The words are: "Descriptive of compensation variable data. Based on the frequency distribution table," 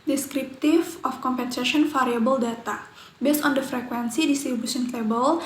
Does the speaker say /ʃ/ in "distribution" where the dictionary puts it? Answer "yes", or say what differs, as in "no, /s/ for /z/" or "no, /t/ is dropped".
no, /s/ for /ʃ/